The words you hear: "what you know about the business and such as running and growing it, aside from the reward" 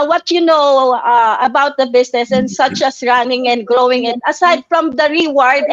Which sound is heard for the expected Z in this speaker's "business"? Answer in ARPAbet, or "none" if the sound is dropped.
S